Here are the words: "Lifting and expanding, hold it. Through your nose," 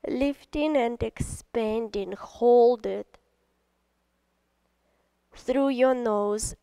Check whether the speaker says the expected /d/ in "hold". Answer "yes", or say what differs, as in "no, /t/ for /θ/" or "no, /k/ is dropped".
yes